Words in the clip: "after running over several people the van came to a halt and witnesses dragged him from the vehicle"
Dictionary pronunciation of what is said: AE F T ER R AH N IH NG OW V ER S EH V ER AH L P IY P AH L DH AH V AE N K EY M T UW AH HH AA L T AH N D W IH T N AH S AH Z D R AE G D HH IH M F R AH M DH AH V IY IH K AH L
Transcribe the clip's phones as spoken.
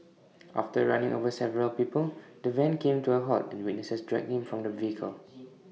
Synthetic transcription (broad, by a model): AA F T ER R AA N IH NG OW V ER S EH V ER AH L P IY P AH L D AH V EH N K EY M T UW AH HH AA T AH N W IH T N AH S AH S D R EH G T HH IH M F R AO M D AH V IY IH K AH L